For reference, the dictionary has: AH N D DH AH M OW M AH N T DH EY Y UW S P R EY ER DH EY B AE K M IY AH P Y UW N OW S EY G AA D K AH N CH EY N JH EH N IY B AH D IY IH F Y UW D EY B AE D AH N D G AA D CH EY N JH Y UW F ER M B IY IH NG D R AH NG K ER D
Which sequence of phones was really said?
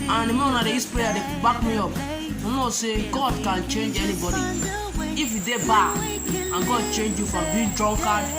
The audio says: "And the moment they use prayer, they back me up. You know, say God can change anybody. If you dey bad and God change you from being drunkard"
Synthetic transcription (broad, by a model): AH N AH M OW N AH T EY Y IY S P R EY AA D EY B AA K M IY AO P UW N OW S EY G AA D K AH N CH EY N JH EH N IY B AH D IY IH F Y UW D EY B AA AH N G AA D CH EY N JH Y UW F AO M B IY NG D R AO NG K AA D